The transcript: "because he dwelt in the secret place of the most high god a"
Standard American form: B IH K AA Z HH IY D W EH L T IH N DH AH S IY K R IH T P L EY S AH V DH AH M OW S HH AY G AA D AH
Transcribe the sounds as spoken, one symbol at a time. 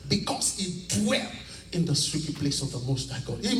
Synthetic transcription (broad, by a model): B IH K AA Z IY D W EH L IH N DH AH S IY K IH P L EY S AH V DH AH M OW S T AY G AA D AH